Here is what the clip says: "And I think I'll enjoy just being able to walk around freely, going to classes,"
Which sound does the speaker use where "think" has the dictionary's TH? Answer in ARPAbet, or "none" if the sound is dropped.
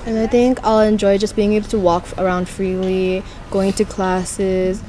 TH